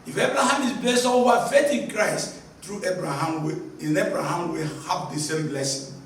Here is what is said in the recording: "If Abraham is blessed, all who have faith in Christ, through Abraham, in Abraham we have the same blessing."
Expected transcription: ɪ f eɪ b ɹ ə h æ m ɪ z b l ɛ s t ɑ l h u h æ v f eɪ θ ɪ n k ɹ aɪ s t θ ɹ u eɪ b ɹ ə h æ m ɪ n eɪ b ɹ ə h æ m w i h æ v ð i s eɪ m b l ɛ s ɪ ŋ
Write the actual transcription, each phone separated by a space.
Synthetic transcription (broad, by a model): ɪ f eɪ b ɹ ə h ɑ m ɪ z b l ɛ s t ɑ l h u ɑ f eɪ t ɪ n k ɹ aɪ s t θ ɹ u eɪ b ɹ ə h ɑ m ɪ n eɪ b ɹ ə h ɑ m w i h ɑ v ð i s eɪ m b l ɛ s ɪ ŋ